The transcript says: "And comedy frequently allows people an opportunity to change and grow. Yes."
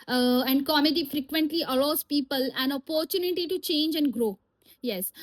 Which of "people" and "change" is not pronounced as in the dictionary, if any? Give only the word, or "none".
none